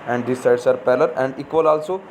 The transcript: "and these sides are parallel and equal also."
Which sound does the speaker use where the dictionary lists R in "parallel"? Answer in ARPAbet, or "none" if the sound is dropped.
L